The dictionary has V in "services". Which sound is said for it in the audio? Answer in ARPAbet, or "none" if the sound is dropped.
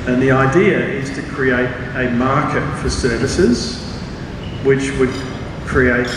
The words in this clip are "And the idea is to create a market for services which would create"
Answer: V